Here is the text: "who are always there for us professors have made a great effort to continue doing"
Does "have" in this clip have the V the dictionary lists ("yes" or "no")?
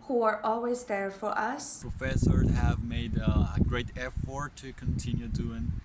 yes